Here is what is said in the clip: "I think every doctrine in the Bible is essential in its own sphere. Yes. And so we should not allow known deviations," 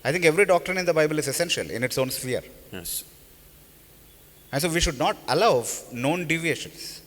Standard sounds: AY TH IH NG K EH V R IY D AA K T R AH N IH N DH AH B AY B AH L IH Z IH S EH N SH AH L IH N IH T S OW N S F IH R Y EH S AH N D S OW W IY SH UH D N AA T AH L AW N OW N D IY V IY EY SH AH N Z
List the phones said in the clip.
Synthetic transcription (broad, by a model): AY T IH NG K EH V R IY D AA K T R AH N IH N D AH B AY B AH L IH Z IH S EH N SH AH L IH N IH T S OW N S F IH R Y EH S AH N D S OW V IY SH UH D N AA T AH L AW N OW N D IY V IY EY SH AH N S